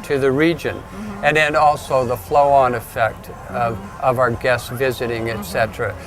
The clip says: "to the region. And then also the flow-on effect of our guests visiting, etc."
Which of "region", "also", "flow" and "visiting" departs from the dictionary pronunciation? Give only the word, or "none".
none